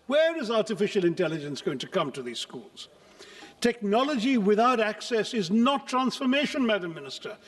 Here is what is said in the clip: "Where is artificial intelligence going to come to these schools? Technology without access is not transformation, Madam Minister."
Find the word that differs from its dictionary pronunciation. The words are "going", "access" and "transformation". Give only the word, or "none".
none